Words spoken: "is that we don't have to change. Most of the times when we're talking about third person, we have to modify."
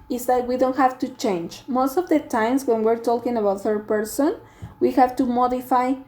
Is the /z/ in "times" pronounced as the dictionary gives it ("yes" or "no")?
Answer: no